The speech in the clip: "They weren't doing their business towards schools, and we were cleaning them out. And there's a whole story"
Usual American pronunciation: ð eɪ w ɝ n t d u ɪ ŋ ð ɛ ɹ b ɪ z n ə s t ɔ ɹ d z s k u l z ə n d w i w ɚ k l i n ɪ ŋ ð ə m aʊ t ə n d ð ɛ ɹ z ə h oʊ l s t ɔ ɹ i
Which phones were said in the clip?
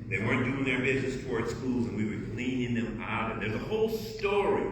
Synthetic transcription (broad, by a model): ð eɪ w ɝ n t d u ɪ ŋ ð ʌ ɹ b ɪ z n ə s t ɔ ɹ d s k u l z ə n w i w ɚ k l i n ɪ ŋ ð ə m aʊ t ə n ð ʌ ɹ z ə h oʊ l s t ɔ ɹ i